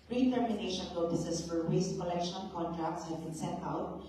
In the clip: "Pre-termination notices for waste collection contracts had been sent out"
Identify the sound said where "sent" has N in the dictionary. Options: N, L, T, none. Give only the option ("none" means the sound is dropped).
none